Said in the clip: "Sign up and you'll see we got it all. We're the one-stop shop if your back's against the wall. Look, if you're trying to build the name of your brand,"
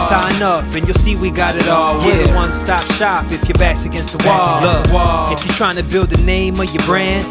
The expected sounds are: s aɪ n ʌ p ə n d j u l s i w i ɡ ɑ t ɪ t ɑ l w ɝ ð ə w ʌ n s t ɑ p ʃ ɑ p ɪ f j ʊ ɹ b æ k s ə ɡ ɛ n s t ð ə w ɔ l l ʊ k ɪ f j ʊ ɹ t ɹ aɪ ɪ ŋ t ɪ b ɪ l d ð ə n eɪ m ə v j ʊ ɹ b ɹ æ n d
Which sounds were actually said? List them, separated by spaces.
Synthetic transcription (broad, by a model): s aɪ n ʌ p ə n j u l s i w i ɡ ɑ t ɪ t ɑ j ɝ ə w ʌ n s t ɑ p ʃ ɑ p ɪ f j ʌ ɹ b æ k s ə ɡ ɛ n s t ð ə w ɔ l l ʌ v ɪ f j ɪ t ɹ aɪ ɪ ŋ t ɪ b ɪ l d ð ə n eɪ m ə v j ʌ ɹ b ɹ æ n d